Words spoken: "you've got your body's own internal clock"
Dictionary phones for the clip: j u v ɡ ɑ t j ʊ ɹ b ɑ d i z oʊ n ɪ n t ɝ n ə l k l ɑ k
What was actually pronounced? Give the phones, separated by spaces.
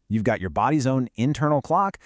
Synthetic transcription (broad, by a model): j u v ɡ ɑ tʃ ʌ ɹ b ɑ d i z oʊ n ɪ n t ɝ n l k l ɑ k